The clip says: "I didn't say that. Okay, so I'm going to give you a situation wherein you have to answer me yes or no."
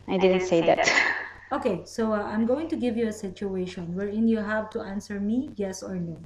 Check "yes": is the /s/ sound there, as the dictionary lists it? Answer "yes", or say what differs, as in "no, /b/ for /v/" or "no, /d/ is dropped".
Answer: yes